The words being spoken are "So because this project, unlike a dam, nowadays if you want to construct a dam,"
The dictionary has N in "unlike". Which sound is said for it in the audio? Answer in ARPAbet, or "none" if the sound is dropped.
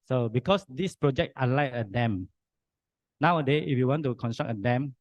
none